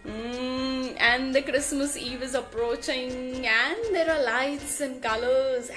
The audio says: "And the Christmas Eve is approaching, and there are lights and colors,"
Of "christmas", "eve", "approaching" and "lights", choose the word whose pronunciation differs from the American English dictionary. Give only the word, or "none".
none